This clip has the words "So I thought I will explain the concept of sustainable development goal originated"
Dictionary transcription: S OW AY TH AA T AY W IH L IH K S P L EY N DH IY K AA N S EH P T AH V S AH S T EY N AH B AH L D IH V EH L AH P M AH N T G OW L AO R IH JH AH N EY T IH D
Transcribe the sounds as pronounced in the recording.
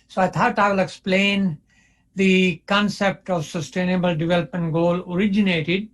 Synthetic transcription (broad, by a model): S OW AY T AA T AY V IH L IH K S P L EY N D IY K AA N S EH P T AH V S AH S T EY N AH B AH L D IH V EH L AH P M AH N T G OW L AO R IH JH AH N EY T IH D